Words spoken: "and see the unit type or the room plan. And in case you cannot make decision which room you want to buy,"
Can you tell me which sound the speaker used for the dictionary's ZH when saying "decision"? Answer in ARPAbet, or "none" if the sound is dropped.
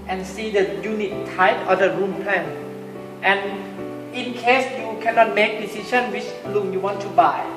SH